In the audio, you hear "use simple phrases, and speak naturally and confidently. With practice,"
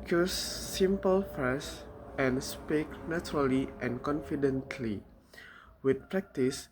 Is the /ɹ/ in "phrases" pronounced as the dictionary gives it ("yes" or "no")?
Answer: no